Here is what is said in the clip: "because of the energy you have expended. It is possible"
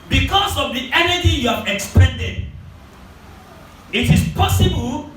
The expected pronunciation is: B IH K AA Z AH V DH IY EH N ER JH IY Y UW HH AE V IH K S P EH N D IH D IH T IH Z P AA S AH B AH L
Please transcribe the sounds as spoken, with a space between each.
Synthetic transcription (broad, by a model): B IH K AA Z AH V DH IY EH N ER JH IY Y UW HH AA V IH K S P EH N D IH D IH T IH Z P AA S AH B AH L